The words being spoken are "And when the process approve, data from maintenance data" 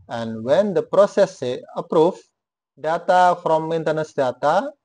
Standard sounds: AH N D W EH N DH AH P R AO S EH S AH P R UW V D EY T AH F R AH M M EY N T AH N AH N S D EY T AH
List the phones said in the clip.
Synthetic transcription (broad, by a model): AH N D W EH N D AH P R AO S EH S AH P R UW F D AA T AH F R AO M M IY N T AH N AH S D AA T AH